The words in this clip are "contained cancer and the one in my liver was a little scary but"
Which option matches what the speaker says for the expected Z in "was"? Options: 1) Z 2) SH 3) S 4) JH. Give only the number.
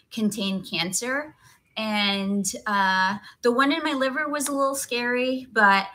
1